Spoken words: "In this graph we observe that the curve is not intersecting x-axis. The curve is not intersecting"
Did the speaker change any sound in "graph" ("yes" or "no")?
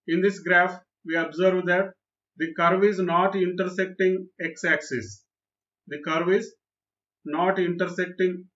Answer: no